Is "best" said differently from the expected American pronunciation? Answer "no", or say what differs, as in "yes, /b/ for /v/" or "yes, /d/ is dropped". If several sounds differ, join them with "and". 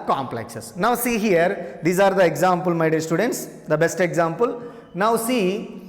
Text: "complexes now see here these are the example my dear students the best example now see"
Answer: no